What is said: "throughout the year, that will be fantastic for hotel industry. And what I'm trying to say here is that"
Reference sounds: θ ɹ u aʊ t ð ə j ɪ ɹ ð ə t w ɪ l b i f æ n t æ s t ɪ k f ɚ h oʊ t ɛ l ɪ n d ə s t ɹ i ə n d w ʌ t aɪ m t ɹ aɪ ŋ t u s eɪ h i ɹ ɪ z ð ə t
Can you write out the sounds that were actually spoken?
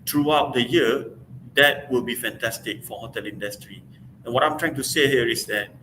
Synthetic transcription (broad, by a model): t ɹ u aʊ t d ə j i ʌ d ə t w ɪ l b i f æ n t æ s t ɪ k f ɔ h oʊ t ɛ l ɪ n d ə s t ɹ i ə n w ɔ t aɪ m t ɹ aɪ ŋ t u s eɪ h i ɹ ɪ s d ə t